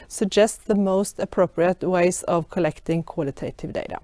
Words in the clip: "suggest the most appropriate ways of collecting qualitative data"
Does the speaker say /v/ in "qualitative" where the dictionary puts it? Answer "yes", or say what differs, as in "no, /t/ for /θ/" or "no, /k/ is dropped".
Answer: yes